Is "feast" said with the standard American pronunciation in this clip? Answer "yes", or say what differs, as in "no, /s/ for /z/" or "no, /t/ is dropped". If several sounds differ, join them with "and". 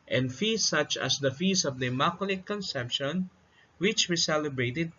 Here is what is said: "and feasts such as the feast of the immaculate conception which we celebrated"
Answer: no, /t/ is dropped